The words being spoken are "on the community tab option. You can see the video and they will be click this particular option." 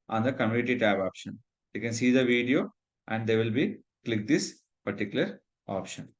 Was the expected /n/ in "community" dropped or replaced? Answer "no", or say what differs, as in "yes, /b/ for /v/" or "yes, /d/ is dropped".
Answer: yes, /n/ is dropped